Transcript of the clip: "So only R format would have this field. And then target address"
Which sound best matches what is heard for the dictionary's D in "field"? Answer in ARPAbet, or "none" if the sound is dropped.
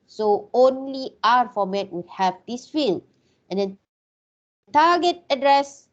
none